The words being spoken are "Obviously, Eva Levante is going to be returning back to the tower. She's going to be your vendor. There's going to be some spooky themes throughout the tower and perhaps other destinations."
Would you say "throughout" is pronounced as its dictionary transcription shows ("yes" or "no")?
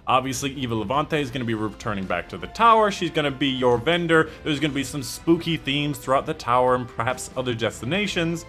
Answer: yes